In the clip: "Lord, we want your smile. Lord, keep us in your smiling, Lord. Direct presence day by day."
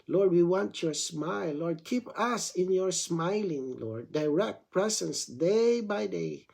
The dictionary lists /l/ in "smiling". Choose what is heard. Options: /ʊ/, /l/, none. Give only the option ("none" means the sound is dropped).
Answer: /l/